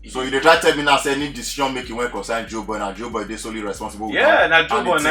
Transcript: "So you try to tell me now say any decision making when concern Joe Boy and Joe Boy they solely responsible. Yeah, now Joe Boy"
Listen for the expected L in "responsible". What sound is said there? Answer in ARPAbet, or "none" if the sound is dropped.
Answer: W